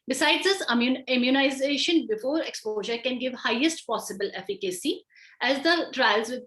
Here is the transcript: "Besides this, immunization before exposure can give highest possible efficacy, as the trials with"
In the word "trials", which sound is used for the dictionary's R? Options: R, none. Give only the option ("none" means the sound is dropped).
R